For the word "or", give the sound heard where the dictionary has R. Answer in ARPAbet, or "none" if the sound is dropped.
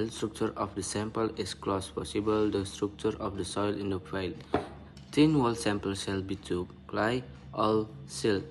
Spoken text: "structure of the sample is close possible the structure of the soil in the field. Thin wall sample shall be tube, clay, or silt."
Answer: L